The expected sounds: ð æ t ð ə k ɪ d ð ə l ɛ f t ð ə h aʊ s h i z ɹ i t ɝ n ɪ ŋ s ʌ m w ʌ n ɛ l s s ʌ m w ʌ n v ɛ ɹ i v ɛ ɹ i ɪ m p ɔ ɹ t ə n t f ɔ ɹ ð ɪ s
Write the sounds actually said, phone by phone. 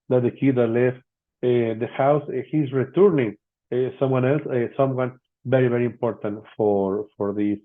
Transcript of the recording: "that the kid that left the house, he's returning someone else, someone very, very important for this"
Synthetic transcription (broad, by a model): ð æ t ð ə k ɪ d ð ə l ɛ f t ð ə h aʊ s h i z ɹ i t ɝ n ɪ ŋ s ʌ m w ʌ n ɛ l s s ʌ m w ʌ n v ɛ ɹ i v ɛ ɹ i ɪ m p ɔ ɹ t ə n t f ɔ ɹ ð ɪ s